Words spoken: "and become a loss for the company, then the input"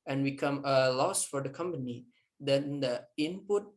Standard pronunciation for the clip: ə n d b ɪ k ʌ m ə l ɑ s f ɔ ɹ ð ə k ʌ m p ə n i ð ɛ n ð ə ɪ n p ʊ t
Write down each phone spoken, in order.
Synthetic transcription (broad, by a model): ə n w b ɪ k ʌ m ə l ɑ s f ɔ ɹ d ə k ʌ m p ə n i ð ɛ n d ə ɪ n p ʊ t